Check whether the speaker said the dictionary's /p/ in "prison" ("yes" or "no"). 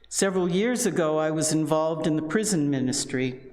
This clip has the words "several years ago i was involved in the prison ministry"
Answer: yes